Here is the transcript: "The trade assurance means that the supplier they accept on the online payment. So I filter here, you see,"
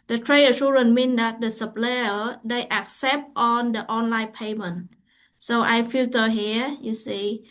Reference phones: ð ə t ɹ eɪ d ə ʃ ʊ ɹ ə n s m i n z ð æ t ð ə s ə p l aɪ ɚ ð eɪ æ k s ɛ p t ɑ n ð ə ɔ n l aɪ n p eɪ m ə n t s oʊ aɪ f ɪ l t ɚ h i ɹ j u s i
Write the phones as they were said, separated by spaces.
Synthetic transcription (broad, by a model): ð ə t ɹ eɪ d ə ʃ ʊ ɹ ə n m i n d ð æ t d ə s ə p l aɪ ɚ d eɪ æ k s ɛ p t ɑ n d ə ɔ n l aɪ n p eɪ m ə n t s oʊ aɪ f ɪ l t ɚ h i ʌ j u s i